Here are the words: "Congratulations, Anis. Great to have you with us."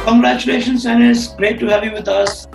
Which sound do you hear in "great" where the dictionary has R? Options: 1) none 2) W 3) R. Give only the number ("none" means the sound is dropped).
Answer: 3